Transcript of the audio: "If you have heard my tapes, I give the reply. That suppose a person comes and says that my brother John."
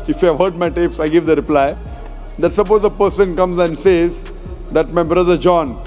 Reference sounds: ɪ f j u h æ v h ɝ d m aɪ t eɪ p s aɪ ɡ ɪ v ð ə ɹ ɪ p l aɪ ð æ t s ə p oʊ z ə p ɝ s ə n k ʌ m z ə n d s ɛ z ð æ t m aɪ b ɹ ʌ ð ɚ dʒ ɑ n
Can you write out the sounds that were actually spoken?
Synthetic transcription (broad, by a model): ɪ f j u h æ v h ɝ d m aɪ t eɪ p s aɪ ɡ ɪ v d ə ɹ ɪ p l aɪ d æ t s ə p oʊ z ə p ɝ s ə n k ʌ m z ə n d s ɛ z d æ t m aɪ b ɹ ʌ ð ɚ dʒ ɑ n